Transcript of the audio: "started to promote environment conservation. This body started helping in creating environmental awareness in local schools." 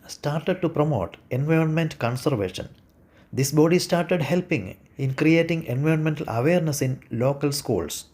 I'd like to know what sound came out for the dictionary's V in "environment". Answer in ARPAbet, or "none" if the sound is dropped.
V